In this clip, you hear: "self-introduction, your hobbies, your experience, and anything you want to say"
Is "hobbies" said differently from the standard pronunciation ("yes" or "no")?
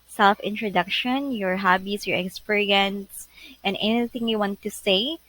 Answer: yes